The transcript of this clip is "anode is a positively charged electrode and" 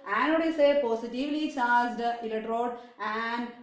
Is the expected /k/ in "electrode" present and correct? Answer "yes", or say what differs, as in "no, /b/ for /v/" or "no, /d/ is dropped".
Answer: no, /k/ is dropped